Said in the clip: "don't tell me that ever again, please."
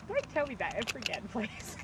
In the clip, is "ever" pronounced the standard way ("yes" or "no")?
no